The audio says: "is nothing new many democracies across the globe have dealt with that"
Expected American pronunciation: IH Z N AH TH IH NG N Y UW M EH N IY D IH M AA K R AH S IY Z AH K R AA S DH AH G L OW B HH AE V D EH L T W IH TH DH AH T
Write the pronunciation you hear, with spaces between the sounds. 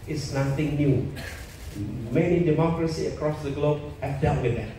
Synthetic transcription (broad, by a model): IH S N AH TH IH NG N Y UW M EH N IY D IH M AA K R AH S IY AH K R AA S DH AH G L OW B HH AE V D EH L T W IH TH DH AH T